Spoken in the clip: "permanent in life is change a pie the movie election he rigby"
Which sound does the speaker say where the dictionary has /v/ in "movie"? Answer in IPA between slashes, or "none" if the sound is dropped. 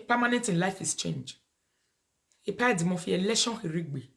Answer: /f/